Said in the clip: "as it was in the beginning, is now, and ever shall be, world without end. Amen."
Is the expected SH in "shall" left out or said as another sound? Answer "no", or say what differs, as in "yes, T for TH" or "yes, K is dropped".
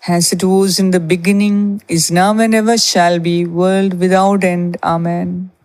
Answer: no